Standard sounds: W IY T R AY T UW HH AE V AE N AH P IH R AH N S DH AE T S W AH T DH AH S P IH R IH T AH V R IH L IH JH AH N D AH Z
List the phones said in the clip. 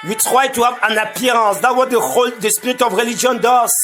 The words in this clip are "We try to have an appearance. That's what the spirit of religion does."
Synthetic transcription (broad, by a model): W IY T R AY T UW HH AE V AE N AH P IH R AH S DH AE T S W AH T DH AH S P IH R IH T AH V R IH L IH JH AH N D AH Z